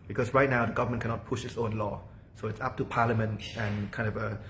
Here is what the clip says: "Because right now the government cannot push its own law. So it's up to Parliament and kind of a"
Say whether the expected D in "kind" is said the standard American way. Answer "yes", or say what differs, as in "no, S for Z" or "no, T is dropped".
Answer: yes